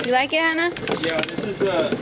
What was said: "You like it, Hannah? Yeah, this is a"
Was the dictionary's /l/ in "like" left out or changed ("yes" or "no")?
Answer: no